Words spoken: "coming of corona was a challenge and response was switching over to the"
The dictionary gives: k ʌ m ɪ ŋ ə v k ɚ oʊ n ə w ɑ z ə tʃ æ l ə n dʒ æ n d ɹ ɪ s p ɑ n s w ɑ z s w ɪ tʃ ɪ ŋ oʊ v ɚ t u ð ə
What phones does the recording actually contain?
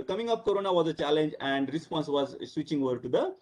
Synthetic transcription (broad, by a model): k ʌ m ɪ ŋ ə p k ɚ oʊ n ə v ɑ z ə tʃ æ l ə n dʒ æ n d ɹ ɪ s p ɑ n s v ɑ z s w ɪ tʃ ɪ ŋ oʊ v ɚ t u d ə